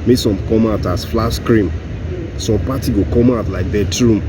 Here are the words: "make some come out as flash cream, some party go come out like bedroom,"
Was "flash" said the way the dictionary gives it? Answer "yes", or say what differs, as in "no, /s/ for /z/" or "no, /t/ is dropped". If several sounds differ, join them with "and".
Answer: no, /s/ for /ʃ/